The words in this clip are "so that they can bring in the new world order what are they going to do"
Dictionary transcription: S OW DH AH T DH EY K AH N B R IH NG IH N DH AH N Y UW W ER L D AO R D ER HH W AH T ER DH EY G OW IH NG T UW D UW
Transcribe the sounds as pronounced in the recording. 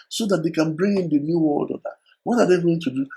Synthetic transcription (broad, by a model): S OW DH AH T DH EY K AH N B R IH NG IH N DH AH N Y UW W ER L D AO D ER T W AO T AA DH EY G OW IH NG T UW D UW